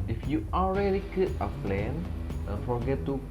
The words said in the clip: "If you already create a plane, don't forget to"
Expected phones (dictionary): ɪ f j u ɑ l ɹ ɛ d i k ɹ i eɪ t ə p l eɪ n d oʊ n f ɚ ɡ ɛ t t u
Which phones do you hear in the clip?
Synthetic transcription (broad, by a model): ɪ f j u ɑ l ɹ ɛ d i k i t ə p l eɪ n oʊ f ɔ ɡ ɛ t t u